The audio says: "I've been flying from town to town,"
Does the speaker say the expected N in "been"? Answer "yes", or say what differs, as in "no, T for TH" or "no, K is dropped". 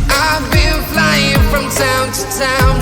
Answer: no, L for N